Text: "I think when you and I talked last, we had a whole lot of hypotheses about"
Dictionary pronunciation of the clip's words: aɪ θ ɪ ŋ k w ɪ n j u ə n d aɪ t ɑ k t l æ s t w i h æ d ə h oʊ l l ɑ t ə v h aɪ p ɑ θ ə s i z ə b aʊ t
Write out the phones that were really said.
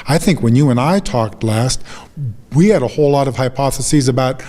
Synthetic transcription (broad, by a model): aɪ θ ɪ ŋ k w ɪ n j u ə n aɪ t ɑ k t l æ s t w i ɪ d ə h oʊ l l ɑ t ə v h aɪ p ɑ θ ə s i z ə b aʊ t